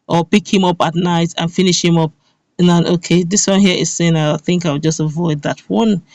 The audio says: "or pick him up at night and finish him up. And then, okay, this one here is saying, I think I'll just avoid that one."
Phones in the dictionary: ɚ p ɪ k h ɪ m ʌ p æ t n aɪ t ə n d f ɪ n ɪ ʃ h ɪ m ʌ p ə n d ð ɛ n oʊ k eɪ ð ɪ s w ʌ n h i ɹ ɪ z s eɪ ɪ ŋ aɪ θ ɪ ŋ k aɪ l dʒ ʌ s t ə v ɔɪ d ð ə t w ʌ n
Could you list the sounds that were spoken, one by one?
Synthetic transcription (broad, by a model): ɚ p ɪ k h ɪ m ʌ p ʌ t n aɪ t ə n f ɪ n ɪ ʃ h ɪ m ʌ p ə n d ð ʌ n oʊ k eɪ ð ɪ s w ʌ n h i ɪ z s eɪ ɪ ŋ aɪ θ ɪ ŋ k aɪ w dʒ ʌ s t ə v ɔɪ d ð ə t w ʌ n